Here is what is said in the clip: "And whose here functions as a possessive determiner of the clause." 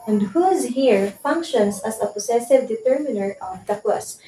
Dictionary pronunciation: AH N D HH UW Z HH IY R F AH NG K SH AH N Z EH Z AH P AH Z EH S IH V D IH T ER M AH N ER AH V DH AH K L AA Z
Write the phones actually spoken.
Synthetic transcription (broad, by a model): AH N D HH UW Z HH IY R F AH NG K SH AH N S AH S AH P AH S EH S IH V D IH T ER M AH N ER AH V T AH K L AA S